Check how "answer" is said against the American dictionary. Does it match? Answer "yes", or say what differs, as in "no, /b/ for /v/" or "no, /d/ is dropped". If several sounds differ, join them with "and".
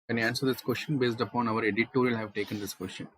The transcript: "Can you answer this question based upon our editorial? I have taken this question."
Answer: yes